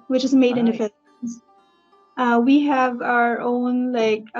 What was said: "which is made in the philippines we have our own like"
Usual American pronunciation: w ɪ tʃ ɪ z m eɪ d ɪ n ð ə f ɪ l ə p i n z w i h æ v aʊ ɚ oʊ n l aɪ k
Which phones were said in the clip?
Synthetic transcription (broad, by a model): w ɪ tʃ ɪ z m eɪ d ɪ n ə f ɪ n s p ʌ w i h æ v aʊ ɚ oʊ n l aɪ k